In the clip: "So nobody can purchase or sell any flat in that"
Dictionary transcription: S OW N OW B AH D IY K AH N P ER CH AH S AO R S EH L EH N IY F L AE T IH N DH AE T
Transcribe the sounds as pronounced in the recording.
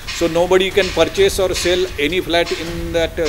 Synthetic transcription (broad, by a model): S OW N OW B AH D IY K AH N P ER CH AH S AO R S EH L EH N IY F L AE T IH N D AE T